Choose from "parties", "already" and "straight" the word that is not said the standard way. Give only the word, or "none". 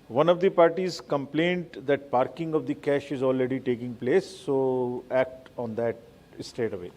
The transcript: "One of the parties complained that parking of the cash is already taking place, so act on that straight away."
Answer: straight